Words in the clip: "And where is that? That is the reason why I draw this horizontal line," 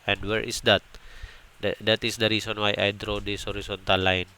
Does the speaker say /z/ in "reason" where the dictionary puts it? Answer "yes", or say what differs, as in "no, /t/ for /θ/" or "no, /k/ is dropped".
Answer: no, /s/ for /z/